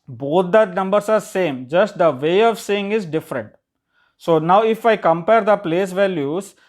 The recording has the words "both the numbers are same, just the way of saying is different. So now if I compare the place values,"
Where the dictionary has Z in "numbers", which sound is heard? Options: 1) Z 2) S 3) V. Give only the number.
2